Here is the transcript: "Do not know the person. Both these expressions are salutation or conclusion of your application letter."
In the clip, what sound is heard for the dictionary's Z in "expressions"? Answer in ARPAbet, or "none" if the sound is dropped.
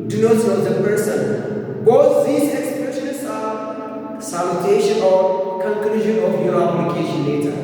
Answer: S